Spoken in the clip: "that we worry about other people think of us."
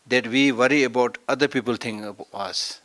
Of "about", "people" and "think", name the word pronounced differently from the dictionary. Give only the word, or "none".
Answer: think